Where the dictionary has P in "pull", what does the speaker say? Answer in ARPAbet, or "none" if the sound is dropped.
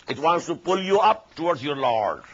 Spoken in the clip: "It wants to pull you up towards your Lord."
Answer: P